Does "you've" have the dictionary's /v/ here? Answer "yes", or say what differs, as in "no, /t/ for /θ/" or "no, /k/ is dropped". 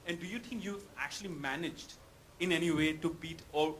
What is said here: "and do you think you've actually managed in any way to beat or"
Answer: no, /v/ is dropped